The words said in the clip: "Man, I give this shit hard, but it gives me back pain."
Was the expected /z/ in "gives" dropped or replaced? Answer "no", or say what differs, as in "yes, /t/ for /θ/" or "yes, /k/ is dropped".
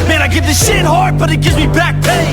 no